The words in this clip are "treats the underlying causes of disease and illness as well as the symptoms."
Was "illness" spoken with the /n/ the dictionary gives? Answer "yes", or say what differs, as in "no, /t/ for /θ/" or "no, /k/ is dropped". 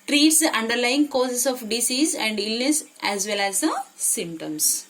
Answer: yes